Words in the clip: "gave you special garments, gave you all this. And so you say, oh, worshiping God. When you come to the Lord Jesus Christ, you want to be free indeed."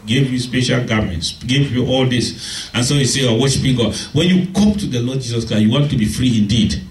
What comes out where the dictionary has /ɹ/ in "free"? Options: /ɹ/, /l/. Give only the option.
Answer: /ɹ/